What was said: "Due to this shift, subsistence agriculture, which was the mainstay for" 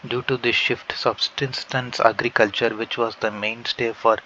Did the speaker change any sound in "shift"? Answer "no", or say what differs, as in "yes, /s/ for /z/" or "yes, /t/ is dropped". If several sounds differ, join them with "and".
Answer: no